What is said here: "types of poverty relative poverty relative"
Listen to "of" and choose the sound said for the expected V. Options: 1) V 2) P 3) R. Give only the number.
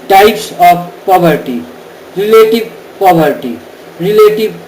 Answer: 2